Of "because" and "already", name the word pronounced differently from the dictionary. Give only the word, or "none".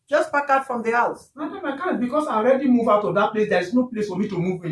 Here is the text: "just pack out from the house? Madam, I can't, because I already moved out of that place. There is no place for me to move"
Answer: because